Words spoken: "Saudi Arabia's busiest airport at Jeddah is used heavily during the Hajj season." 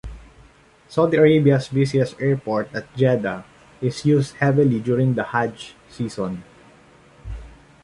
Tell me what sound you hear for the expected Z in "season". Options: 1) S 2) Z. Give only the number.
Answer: 1